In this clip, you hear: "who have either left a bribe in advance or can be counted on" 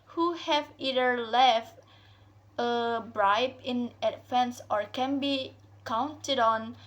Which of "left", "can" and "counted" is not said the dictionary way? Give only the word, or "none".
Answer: none